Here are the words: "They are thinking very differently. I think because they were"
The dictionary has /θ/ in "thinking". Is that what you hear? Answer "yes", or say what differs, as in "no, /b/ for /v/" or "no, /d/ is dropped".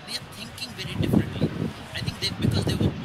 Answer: no, /t/ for /θ/